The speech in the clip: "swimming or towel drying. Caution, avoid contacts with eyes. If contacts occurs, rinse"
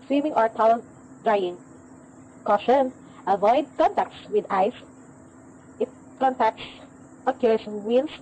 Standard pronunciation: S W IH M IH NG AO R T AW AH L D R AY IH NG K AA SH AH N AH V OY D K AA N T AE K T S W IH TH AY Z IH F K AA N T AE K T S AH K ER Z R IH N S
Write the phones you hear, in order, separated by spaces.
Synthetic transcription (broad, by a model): S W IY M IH NG AO R T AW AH N D R AY IH NG K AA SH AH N AH V OY D K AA N T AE K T S W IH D AY S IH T K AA N T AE K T S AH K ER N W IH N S